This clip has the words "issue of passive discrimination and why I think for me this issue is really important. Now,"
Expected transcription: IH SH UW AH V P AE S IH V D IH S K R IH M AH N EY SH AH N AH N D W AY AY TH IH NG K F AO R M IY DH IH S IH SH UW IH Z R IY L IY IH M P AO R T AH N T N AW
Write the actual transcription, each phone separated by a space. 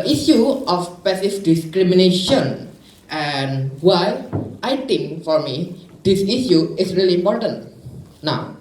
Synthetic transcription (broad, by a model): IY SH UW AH F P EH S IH F D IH S K R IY M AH N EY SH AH N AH N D W AY AY T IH NG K F AO R M IY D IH S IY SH UW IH S R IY L IY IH M P AO R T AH N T N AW